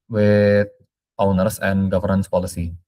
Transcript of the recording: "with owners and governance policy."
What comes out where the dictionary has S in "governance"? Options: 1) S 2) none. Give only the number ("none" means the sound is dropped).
1